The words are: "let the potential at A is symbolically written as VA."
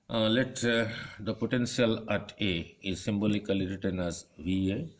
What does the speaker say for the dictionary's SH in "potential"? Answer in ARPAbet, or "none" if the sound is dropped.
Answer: S